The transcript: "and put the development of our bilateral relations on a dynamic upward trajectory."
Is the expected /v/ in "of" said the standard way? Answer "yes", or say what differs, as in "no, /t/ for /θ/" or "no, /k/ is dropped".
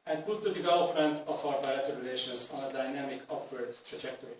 no, /f/ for /v/